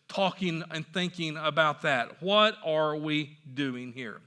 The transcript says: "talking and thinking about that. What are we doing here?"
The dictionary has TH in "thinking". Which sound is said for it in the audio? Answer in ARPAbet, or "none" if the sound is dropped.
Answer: TH